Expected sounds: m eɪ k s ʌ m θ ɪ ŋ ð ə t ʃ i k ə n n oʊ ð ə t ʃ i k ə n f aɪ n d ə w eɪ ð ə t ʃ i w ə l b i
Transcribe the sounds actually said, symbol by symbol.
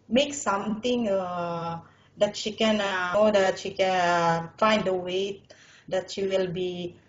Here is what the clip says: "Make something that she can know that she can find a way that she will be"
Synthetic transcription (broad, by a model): m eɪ k s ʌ m t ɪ ŋ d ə t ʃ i k ə n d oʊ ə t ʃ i k ə n f aɪ n d ə w eɪ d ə t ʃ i w ə l b i